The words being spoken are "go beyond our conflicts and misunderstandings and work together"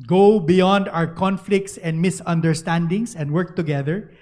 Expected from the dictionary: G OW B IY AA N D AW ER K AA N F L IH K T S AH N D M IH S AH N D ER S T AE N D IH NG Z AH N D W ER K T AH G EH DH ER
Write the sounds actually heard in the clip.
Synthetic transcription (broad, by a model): G OW B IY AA N D AW ER K AA N F L IH K T S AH N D M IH S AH N D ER S T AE N D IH NG S AH N D W ER K T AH G EH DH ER